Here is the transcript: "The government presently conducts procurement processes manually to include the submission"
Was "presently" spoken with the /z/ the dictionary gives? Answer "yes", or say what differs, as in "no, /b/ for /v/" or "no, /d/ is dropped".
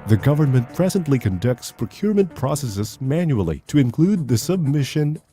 yes